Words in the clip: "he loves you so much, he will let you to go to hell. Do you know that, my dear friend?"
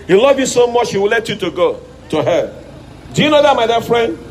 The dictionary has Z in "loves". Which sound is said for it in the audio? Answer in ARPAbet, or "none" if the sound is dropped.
none